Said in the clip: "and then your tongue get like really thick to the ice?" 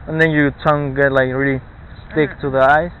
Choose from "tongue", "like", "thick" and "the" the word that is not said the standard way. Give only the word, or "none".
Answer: thick